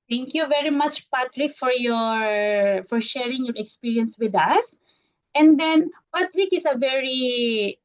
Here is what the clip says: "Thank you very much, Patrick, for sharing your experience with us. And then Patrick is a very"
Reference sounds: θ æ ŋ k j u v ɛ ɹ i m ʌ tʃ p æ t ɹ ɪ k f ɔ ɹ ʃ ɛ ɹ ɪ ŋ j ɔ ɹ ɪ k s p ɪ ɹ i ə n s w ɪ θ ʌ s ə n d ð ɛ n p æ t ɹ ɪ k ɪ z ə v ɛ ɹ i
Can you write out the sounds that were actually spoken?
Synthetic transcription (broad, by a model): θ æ ŋ k j u v ɛ ɹ i m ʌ tʃ p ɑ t ɹ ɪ k f ɔ ɹ ʃ ɛ ɹ ɪ ŋ j ɔ ɹ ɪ k s p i ɹ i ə n s w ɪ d ʌ s ə n d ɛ n p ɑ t ɹ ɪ k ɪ s ə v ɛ ɹ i